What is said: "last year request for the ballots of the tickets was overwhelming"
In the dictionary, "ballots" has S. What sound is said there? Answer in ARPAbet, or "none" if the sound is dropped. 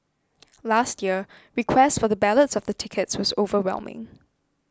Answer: S